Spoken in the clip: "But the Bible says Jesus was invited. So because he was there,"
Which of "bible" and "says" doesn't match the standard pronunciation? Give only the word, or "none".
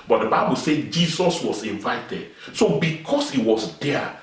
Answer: says